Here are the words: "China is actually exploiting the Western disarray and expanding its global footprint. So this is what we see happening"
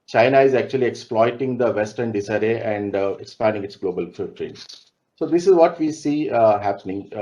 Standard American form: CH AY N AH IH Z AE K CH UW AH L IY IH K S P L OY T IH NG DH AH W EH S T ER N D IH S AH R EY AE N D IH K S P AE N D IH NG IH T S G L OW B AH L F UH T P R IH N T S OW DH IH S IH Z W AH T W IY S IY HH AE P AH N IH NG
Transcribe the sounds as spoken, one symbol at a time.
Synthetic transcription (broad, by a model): CH AY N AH IH Z AE K CH UW AH L IY IH K S P L OY T IH NG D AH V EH S T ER N D IH S AH R EY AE N D IH K S P AE N D IH NG IH T S G L OW B AH L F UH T R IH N S OW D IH S IH Z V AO T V IY S IY HH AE P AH N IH NG